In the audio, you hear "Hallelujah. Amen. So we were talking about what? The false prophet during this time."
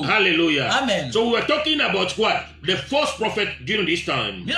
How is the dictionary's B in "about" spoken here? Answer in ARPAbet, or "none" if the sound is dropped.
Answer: B